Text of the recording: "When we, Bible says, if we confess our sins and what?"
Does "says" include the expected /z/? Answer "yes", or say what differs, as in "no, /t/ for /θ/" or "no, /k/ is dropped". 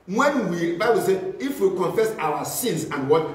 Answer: no, /z/ is dropped